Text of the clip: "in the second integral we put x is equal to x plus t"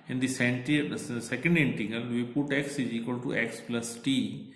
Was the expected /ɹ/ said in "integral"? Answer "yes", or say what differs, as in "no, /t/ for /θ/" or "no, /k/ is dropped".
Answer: no, /ɹ/ is dropped